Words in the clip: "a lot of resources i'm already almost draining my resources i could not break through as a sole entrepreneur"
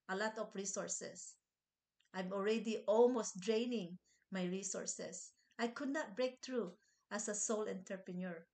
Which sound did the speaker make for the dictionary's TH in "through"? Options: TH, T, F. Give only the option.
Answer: T